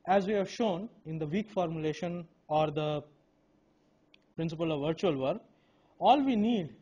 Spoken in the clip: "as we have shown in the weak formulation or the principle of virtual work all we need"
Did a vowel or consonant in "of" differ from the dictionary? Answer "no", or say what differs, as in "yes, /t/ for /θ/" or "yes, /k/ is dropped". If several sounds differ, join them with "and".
no